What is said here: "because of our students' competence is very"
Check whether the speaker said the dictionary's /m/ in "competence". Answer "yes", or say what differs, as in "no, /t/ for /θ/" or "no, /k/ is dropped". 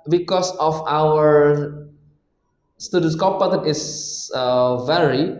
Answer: no, /m/ is dropped